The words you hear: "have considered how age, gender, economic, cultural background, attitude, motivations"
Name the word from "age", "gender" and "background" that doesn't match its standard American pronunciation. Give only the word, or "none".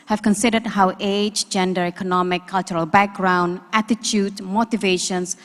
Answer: none